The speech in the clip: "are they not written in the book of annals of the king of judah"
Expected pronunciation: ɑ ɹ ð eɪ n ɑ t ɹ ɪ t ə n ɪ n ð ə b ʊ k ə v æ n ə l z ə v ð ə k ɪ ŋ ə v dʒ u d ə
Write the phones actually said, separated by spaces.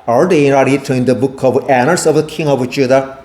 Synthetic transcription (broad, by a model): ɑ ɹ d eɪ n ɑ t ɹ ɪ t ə ɪ n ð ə b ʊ k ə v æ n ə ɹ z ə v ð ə k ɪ ŋ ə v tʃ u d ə